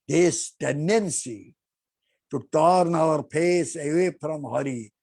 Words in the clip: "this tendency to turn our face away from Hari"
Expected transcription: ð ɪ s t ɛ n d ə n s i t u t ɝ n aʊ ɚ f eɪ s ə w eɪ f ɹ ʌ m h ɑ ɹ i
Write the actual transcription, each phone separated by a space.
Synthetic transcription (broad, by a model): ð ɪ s t ɛ n d ə n s i t u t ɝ n aʊ ɚ p eɪ s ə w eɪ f ɹ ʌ m h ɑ ɹ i